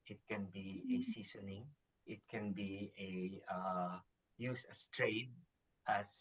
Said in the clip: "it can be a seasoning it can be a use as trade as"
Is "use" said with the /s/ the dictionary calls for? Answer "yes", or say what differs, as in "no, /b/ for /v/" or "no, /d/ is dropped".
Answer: yes